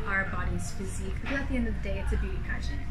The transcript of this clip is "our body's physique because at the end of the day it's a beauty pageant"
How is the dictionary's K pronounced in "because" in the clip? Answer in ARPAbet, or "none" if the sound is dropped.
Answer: none